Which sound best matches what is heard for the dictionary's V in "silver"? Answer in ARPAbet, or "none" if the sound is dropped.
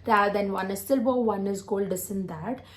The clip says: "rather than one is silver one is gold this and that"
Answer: B